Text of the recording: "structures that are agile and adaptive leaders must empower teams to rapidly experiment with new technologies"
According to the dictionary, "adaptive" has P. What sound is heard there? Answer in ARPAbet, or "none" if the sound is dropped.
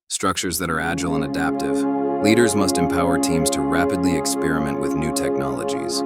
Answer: P